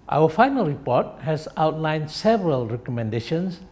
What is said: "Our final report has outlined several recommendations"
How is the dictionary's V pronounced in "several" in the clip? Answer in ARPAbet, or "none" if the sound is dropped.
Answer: V